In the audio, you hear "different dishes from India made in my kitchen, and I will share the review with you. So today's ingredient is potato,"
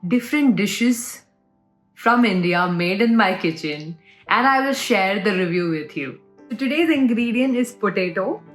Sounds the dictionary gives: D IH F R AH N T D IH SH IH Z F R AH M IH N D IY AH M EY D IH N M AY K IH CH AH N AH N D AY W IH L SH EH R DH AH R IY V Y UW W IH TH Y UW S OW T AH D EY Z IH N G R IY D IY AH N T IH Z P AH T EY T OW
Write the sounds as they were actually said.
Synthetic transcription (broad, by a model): D IH F R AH N T D IH SH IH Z F R AH M IH N D IY AH M EY D IH N M AY K IH CH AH N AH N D AY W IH L SH EH R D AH R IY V Y UW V IH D Y UW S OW T AH D EY Z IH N G R IY D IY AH N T IH Z P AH T EY T OW